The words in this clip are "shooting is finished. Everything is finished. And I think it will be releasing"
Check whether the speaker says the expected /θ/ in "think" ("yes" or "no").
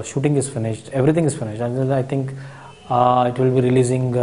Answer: no